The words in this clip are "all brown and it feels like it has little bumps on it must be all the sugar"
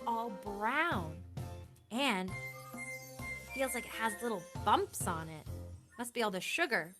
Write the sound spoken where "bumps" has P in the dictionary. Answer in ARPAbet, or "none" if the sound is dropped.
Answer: P